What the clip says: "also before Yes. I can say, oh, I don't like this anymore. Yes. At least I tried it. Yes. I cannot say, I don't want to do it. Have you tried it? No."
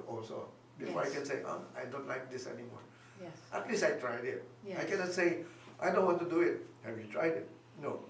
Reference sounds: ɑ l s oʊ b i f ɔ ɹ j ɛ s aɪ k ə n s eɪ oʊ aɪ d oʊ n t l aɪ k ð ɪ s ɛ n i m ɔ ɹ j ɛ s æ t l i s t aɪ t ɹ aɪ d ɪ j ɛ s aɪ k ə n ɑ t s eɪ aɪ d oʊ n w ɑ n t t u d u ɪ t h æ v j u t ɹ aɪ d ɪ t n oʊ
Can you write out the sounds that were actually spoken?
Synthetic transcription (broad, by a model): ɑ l s oʊ b i f ɔ ɹ aɪ k ə n s eɪ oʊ aɪ d oʊ n t l aɪ k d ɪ s ɛ n i m ɔ ɹ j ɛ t l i s aɪ t ɹ aɪ d ɪ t aɪ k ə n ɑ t s eɪ aɪ d oʊ n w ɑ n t t u d u ɪ t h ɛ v j u t ɹ aɪ d ɪ t n oʊ